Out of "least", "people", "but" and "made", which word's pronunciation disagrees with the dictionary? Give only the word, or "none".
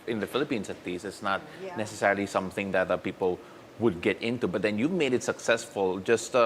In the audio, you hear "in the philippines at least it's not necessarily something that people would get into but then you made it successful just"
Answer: least